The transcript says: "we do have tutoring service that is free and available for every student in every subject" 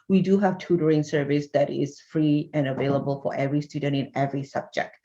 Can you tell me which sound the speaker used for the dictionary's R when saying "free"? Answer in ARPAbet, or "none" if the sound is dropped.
R